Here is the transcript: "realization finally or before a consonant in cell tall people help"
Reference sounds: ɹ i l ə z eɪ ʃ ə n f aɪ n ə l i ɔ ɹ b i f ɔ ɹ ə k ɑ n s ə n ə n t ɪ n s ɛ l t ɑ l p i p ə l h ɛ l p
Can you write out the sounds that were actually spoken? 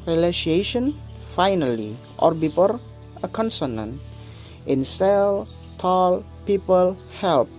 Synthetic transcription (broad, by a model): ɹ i l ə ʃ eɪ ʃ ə n f aɪ n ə l i ɔ ɹ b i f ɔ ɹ ə k ɑ n s ə n ə n t ɪ n s ɛ l t ɑ l p i p ə l h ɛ l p